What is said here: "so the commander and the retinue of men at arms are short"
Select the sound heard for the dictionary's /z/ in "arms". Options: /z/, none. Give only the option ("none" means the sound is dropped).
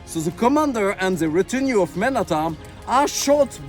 none